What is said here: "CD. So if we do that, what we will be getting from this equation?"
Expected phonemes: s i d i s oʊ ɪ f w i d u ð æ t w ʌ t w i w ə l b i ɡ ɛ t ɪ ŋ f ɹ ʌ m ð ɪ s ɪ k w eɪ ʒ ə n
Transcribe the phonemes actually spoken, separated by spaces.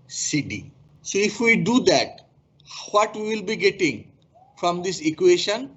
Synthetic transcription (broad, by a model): s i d i s oʊ ɪ f w i d u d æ t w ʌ t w i w ə l b i ɡ ɛ t ɪ ŋ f ɹ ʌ m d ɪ s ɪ k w eɪ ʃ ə n